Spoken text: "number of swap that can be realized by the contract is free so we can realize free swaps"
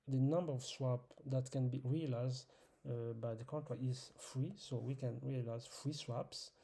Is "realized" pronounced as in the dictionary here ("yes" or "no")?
yes